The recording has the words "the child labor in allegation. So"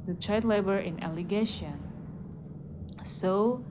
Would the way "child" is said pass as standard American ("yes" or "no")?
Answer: no